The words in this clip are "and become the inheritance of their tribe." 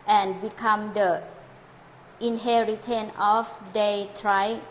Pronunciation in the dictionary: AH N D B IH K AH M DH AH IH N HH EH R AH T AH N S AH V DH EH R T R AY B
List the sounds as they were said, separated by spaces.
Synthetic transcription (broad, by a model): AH N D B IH K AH M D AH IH N HH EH R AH T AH N AH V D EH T R AY